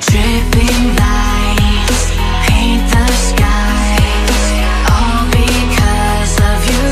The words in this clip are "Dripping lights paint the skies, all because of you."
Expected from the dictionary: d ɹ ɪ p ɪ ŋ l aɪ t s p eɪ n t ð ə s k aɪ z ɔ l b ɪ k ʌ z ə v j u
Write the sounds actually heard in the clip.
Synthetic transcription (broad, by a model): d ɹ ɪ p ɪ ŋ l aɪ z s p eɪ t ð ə s k aɪ z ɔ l b ɪ k ʌ z ə v j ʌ